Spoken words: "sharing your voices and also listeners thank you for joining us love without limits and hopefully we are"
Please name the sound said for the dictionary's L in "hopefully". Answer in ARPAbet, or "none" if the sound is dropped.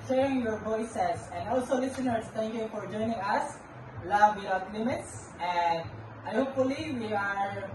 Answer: L